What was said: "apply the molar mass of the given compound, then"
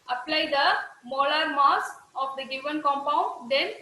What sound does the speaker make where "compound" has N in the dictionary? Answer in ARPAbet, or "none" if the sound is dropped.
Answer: N